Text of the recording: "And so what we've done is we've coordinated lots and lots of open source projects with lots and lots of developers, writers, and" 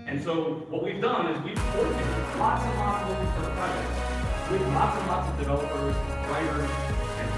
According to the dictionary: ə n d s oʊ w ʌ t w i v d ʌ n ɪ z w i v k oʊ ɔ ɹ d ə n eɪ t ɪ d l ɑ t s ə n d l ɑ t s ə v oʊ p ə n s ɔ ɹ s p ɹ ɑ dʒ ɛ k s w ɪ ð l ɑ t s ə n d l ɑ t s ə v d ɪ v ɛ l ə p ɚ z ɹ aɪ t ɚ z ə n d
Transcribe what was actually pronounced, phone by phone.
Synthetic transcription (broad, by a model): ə n s oʊ w ʌ t w i v d ʌ n ɪ z w i v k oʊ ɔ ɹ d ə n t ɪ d l ɑ t s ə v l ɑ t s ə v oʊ ə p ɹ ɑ ɛ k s w ɪ ð l ɑ t s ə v l ɑ t s ə v d ɪ v ɛ l ə p ɚ z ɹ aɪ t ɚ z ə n